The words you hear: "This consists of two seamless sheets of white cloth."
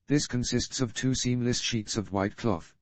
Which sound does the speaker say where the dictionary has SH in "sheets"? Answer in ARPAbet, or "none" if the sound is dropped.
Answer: SH